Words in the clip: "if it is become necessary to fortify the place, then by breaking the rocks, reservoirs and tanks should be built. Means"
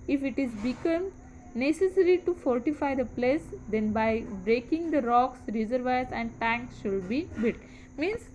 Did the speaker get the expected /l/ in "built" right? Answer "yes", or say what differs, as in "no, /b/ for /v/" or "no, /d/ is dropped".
no, /l/ is dropped